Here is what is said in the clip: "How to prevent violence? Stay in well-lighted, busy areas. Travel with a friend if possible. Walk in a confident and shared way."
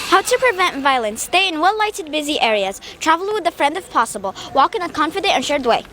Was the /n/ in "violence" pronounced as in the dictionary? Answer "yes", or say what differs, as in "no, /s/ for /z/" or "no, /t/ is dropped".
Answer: yes